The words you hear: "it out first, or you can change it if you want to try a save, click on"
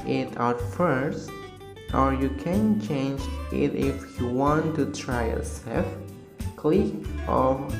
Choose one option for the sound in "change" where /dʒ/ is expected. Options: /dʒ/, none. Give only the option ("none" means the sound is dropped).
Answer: /dʒ/